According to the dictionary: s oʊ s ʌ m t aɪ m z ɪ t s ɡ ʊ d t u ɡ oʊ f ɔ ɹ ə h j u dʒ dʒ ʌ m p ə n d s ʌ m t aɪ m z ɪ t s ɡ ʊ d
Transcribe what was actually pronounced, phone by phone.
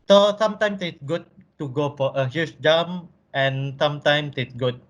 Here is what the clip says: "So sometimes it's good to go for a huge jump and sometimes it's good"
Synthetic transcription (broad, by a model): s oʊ s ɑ m t aɪ m s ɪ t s ɡ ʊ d t u ɡ oʊ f ɔ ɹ ə h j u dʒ dʒ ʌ m ə n s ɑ m t aɪ m s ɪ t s ɡ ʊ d